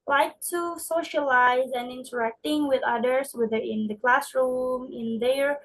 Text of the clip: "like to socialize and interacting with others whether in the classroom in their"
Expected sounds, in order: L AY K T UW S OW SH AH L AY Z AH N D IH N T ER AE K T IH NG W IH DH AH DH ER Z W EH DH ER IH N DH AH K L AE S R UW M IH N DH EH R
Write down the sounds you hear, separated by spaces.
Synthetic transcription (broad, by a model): L AY K T UW S OW SH AH L AY Z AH N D IH N T ER AE K T IH NG W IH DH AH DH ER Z W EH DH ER IH N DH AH K L AE S R UW M IH N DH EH R